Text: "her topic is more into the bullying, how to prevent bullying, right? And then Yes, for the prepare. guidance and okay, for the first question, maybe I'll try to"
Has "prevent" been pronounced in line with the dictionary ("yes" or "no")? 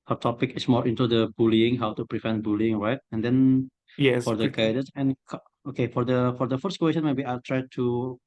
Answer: yes